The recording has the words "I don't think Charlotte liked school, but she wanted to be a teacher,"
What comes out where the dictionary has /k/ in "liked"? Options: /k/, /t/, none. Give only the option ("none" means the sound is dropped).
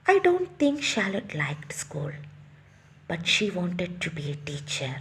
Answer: /k/